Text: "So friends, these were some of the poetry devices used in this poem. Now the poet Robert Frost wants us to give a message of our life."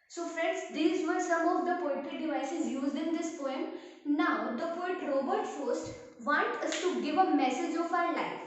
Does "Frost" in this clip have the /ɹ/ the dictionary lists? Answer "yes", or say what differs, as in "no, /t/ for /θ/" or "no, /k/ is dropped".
no, /ɹ/ is dropped